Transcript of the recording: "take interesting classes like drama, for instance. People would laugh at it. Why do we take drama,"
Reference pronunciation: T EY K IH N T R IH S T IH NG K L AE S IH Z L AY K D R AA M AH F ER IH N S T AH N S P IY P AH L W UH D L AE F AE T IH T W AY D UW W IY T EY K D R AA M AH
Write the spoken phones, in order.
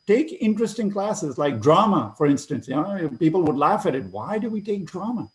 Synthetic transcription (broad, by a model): T EY K IH N T R IH S T IH NG K L AE S IH Z L AY K D R AA M AH F ER IH N S T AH N S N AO P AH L W UH D L AE F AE T IH T W AY D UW W IY T EY K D R AA M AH